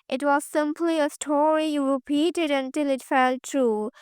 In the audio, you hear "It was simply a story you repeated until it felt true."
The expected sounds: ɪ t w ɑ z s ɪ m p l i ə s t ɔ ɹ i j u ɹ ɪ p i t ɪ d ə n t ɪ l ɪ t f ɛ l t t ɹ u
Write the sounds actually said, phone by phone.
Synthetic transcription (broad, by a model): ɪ t w ɑ z s ɪ m p l i ə s t ɔ ɹ i j u ɹ ɪ p i t ɪ d ə n t ɪ l ɪ t f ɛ l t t ɹ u